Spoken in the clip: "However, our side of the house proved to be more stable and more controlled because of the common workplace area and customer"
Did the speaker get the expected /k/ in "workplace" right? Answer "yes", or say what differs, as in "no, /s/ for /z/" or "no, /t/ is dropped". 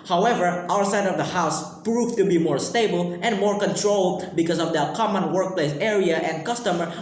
yes